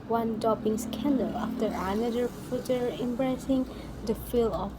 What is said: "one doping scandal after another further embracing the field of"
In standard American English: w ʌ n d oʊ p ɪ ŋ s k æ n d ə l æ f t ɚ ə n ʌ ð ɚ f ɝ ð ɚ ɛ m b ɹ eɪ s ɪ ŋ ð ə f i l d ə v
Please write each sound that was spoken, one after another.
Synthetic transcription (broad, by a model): w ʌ n d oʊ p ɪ ŋ s k æ n d ə l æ f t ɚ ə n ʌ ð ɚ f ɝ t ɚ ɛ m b ɹ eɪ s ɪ ŋ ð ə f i l ə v